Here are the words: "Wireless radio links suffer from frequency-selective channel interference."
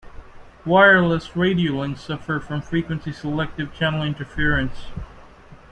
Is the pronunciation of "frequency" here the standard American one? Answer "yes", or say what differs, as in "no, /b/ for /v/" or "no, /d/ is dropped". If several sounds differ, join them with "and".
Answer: yes